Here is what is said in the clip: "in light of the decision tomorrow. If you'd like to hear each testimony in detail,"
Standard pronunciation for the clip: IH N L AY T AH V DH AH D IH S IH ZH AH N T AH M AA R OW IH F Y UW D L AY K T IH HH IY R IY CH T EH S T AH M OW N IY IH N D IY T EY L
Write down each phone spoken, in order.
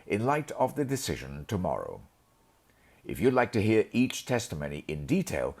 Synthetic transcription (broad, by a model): IH N L AY T AH V DH AH D IH S IH ZH AH N T AH M AA R OW IH F Y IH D L AY K T IH HH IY R IY CH T EH S T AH M OW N IY IH N D IY T EY L